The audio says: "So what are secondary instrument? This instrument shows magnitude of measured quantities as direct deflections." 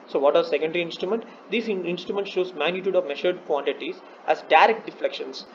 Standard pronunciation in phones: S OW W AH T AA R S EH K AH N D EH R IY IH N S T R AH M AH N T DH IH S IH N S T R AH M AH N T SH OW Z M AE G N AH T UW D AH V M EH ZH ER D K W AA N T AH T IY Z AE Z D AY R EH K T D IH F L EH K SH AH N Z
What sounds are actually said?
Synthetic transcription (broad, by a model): S OW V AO T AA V S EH K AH N D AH R IY IH N S T R AH M AH N T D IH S IH N S T R AH M AH N T SH OW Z M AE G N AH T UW D AH V M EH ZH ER D K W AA N T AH T IY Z AE Z D AY R EH K T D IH F L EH K SH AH N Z